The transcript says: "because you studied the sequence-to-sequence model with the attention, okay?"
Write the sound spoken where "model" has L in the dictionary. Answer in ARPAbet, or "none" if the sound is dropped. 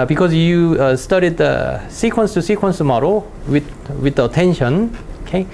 W